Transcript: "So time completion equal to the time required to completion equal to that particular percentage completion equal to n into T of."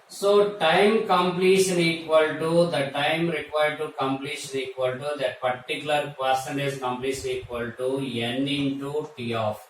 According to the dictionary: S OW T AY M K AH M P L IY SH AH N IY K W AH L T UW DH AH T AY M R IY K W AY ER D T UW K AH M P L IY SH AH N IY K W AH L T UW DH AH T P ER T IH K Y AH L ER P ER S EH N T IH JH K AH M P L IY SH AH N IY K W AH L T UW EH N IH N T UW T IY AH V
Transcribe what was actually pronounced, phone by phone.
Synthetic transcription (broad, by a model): S OW T AY M K AH M P L IY SH AH N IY K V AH L T UW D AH T AY M R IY K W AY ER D T UW K AH M P L IY SH AH N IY K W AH L T UW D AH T P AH T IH K Y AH L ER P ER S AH N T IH Z K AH M P L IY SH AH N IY K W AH L T UW EH N IH N T UW T IY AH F